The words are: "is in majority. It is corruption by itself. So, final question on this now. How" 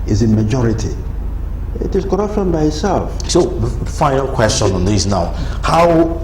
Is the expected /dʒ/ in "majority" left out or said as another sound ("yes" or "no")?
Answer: no